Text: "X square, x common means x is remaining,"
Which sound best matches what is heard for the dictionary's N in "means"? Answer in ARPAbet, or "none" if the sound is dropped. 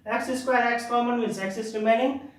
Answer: none